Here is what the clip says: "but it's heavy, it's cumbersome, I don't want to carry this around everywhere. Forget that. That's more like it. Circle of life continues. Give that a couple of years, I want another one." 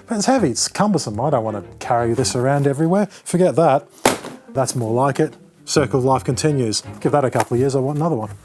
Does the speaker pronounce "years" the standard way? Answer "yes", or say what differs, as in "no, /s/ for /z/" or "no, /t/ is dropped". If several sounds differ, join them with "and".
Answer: yes